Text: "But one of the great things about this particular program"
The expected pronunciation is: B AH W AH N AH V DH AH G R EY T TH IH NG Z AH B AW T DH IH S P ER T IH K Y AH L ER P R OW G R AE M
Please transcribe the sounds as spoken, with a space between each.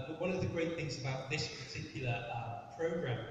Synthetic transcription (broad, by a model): W AH N AH V DH AH G R EY T TH IH NG Z AH B AW T DH IH S P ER T IH K Y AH L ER P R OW G R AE M